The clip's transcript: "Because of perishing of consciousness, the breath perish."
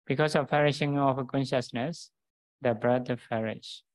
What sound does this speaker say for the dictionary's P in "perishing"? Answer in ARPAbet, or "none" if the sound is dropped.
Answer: F